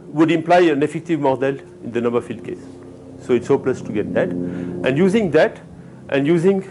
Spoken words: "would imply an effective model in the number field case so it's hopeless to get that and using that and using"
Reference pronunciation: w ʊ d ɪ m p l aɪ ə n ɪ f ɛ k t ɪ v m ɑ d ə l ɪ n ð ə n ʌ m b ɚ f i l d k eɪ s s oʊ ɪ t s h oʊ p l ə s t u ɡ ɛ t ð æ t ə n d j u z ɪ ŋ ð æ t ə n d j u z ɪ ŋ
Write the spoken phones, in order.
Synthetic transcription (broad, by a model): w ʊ d ɪ m p l aɪ ə n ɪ f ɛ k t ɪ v m ɑ d ə l ɪ n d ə n ʌ m b ɚ f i l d k eɪ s s oʊ ɪ t s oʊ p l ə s t u ɡ ɛ t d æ t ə n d j u z ɪ ŋ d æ t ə n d j u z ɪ ŋ